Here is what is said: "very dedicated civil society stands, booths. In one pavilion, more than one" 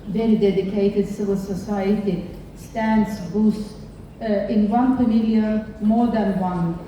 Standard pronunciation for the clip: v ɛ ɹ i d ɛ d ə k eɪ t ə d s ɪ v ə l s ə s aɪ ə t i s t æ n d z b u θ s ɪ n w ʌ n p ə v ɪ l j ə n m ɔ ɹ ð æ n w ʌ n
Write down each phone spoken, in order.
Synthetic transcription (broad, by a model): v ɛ ɹ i d ɛ d ə k eɪ t ə d s ɪ v ə l s ə s aɪ ə t i s t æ n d s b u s ɪ n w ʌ n f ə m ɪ l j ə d m ɔ ɹ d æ n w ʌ n